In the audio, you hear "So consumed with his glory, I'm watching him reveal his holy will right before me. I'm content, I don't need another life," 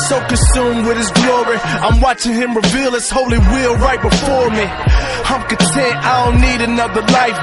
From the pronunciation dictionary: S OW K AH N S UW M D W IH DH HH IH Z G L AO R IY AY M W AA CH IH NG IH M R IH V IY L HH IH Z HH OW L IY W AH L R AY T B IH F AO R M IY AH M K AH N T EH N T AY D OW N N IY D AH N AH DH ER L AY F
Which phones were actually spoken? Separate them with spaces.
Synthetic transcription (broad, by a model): S OW K AH N S UW M D W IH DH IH Z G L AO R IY AY M W AA CH IH NG IH M R IH V IY L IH S HH OW L IY W AH L R AY T B IH F AO R M IY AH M K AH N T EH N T AY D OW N N IY D AH N AH DH ER L AY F